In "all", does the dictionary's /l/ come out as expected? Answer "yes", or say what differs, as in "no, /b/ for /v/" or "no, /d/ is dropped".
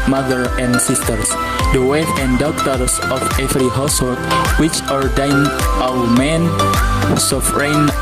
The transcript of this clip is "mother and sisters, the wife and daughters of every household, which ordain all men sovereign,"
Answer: no, /w/ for /l/